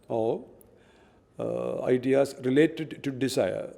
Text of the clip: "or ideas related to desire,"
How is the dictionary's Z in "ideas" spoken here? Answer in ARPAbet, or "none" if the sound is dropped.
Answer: S